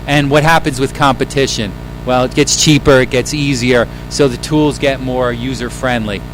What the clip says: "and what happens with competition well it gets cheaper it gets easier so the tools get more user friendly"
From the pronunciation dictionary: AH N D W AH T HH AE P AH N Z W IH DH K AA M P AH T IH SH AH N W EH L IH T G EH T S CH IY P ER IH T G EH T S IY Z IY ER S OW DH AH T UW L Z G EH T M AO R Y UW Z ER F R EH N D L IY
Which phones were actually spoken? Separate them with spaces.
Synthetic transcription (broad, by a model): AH N W AH T HH AE P AH N Z W IH DH K AA M P AH T IH SH AH N W EH L IH T G EH T S CH IY P ER IH T G EH T S IY Z IY ER S OW DH AH T UW L Z G EH T M AO R Y UW Z ER F R EH N D L IY